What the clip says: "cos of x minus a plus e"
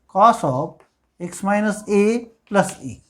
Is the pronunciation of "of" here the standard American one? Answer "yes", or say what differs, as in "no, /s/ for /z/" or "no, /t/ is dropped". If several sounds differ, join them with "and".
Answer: no, /p/ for /v/